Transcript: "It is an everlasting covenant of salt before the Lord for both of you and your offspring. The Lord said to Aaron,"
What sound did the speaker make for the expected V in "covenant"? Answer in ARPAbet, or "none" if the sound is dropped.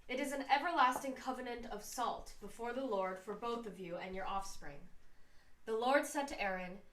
V